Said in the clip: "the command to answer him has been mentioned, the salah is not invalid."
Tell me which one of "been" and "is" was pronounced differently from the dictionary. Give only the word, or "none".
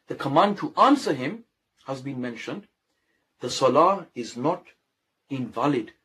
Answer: none